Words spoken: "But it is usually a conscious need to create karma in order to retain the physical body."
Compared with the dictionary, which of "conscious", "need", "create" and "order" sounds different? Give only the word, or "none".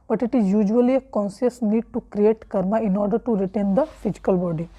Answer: conscious